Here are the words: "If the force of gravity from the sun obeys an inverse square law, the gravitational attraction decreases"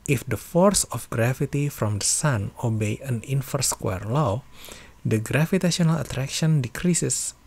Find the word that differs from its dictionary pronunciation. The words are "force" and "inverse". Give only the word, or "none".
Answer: inverse